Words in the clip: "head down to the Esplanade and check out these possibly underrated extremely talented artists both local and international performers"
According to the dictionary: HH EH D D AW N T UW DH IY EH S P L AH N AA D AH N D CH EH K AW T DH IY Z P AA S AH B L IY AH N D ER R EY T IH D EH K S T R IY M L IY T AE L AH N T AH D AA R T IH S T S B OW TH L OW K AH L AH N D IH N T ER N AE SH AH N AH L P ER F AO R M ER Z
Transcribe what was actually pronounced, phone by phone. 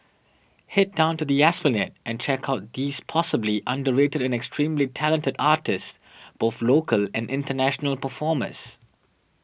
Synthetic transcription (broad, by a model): HH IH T D AW N T UW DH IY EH S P AH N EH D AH N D CH EH K AW T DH IY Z P AA S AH B L IY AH N D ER R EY T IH D EH K S T R IY M L IY T AE L AH N T AH D AA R T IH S S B OW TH L OW K AH L AH N D IH N T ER N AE SH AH N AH L P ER F AO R M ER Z